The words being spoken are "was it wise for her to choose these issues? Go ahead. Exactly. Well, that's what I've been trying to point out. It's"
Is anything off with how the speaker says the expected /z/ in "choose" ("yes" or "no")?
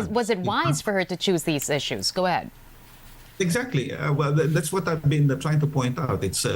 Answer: no